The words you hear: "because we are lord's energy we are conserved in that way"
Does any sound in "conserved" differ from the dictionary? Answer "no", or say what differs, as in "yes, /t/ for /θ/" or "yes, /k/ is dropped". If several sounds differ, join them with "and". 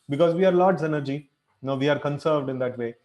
no